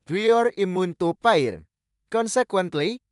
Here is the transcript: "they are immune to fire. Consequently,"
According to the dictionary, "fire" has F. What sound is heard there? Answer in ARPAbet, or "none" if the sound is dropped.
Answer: P